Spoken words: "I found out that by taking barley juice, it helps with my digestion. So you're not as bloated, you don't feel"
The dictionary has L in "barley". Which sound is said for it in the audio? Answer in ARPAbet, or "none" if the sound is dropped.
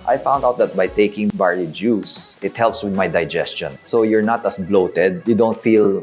none